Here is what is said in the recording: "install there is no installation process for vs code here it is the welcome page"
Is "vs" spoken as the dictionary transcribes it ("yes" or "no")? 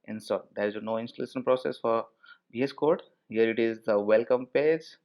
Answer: no